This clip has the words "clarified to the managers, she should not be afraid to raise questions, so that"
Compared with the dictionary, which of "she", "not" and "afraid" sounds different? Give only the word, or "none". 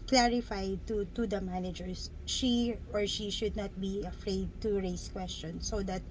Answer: none